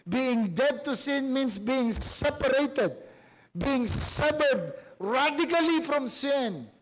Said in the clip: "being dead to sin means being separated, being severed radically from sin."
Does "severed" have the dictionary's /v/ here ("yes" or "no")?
no